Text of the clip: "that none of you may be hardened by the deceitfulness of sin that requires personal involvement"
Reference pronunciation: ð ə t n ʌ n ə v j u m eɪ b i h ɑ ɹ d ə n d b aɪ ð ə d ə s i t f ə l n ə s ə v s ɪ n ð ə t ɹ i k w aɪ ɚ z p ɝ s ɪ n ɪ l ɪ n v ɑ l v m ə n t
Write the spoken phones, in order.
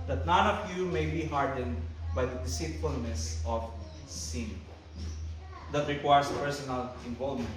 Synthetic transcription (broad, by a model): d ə t n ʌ n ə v j u m eɪ b i h ɑ ɹ d ə n d b aɪ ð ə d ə s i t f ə l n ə s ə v s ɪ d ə t ɹ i k w aɪ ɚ s p ɝ s ɪ n ɪ l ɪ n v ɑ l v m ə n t